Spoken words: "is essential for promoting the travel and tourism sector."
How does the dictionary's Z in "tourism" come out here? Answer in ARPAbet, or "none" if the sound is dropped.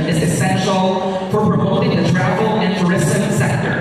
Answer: S